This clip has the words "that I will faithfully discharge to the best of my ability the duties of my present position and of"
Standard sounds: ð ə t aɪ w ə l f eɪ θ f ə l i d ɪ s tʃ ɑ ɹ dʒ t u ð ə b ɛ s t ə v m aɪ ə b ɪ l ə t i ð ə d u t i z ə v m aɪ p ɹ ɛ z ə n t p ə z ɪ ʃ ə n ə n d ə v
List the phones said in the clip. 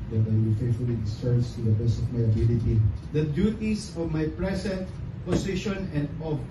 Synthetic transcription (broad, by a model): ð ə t aɪ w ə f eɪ t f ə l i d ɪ s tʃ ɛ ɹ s t u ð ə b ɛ s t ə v m aɪ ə b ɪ l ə t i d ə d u t i s ə v m aɪ p ɹ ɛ s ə n t p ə s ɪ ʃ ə n ə n d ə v